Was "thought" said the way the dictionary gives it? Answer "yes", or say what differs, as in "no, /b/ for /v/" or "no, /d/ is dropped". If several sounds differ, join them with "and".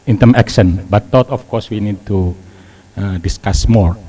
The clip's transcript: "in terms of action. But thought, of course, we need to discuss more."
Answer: no, /t/ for /θ/